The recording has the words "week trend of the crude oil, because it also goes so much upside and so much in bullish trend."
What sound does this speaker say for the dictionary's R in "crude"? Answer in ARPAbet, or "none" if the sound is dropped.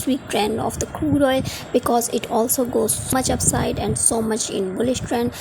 none